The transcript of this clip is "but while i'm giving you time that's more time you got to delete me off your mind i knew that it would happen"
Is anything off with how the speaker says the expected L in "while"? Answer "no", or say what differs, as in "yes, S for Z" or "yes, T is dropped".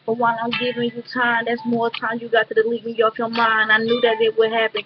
yes, N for L